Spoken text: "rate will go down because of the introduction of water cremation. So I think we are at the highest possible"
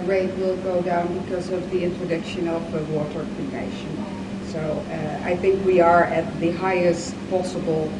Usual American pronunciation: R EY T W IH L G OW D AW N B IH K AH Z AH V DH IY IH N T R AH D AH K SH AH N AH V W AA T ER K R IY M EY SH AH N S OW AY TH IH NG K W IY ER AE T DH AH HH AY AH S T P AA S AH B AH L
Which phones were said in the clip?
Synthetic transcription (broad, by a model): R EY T W IH L G OW D AW N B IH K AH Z AH V DH IY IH N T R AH D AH K SH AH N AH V W AA T ER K IY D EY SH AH N S OW AY TH IH NG K W IY ER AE T DH AH HH AY AH S T P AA S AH B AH L